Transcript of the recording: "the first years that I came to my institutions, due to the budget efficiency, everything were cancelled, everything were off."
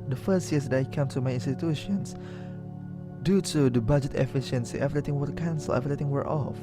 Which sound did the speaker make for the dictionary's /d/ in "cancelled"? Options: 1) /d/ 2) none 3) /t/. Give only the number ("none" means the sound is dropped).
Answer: 2